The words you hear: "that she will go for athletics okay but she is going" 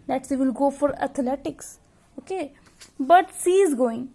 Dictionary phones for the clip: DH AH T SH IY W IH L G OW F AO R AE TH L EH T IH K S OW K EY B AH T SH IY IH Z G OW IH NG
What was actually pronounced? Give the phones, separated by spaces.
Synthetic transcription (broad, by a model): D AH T S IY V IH L G OW F AO R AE T L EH T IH K S OW K EY B AH T S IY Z G OW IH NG